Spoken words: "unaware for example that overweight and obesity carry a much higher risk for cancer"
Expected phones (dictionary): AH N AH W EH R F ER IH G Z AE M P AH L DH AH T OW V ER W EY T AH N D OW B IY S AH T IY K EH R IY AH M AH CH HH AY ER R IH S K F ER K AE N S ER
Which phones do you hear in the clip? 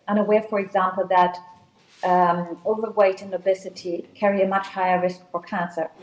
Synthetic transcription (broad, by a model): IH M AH W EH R F ER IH G Z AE M P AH L DH AH T OW V ER W EY T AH N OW B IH S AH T IY K EH R IY AH M AH CH HH AY ER R IH S K F ER K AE N S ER